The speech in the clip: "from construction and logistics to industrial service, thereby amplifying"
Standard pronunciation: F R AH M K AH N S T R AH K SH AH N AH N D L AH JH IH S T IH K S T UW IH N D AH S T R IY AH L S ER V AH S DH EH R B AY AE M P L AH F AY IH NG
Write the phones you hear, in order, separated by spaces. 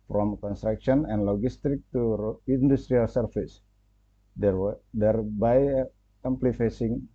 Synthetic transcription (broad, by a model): F R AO M K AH N S T R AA K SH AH N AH N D L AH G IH S T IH K T UW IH N D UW S T R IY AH L S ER F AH S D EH R B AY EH M P L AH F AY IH NG